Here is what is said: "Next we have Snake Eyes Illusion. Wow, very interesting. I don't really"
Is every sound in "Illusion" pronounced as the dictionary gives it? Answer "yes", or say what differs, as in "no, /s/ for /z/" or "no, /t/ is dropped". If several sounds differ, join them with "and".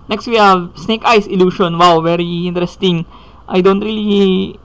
no, /ʃ/ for /ʒ/